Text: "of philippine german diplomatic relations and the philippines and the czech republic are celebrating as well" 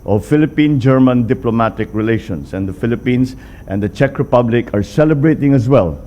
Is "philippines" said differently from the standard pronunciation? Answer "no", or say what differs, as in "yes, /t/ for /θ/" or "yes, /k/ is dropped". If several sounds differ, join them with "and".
yes, /s/ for /z/